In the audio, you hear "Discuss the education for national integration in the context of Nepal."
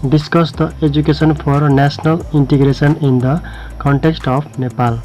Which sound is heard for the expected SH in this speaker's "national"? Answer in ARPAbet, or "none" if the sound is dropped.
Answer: S